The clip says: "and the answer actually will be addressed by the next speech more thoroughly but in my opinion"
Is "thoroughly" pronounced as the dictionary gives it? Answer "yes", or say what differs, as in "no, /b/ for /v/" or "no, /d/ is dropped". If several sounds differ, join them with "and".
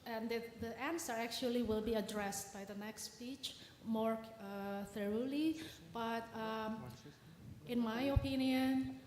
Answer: yes